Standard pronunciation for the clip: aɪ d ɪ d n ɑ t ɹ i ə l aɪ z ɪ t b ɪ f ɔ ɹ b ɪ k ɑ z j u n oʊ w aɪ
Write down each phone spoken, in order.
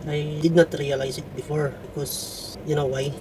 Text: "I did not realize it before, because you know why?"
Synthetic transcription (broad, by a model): aɪ d ɪ d n ɑ t ɹ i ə l aɪ s ɪ t b ɪ f ɔ ɹ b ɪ k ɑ s j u n oʊ w aɪ